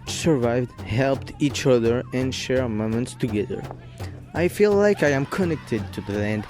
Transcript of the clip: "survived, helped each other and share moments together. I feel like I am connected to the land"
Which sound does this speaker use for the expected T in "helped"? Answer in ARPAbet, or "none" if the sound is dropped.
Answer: T